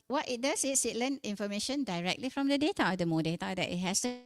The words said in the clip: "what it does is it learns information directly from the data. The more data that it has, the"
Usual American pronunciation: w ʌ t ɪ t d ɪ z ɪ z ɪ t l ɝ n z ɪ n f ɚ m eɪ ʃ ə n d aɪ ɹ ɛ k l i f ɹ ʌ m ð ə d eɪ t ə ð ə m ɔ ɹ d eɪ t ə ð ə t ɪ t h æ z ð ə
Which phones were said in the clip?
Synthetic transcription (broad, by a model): w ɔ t ɪ t d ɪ s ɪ s ɪ t l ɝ n ɪ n f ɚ m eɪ ʃ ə n d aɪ ɹ ɛ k l i f ɹ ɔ m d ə d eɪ t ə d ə m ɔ d eɪ t ə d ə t ɪ t h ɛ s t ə